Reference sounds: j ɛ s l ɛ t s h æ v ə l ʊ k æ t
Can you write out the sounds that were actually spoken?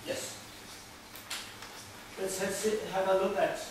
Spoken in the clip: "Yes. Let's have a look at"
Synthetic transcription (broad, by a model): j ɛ s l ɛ s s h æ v ə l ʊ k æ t